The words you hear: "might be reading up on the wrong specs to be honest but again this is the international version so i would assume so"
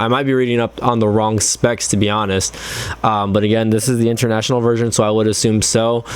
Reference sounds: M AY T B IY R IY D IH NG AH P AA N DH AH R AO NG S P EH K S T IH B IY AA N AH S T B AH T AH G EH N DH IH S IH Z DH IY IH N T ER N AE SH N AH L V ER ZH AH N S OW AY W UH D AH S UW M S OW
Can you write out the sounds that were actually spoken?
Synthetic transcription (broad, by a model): M AY T B IY R IY D IH NG AH P N DH AH R AO NG S P EH K S T IH B IY AA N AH S T B AH T AH G EH N DH IH S IH Z DH IY IH N T ER N AE SH N L V ER ZH AH N S OW AY W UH D AH S UW M S OW